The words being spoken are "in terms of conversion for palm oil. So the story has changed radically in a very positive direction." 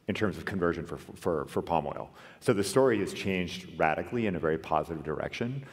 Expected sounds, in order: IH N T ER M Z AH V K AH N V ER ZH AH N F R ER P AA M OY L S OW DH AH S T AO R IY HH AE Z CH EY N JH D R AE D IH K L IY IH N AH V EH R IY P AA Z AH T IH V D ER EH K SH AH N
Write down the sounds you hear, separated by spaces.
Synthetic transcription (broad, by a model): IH N T ER M Z AH V K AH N V ER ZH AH N F R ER P AA M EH L S OW DH AH S T AO R IY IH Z CH EY N JH D R AE D IH K L IY IH N AH V EH R IY P AA Z AH T IH V D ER EH K SH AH N